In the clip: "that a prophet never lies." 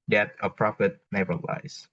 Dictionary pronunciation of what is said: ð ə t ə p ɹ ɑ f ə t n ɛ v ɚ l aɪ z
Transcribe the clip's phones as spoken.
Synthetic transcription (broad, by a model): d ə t ə p ɹ ɑ f ə t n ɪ b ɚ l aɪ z